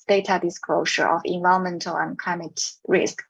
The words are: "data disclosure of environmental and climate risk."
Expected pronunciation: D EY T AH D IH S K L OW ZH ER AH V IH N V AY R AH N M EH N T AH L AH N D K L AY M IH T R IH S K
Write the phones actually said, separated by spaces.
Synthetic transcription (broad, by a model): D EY T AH D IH S K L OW SH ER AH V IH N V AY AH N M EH N T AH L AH N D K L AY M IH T R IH S K